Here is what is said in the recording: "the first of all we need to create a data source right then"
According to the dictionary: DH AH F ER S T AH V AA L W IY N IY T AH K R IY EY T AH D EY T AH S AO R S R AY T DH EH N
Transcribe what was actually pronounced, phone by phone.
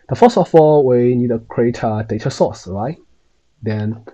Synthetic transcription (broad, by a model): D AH F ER S AH F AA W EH N IY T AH K R IY EY T AH D EY T AH S AO S R AY T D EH N